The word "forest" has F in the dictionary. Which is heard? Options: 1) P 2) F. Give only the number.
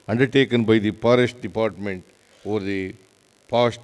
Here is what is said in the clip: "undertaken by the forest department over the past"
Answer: 1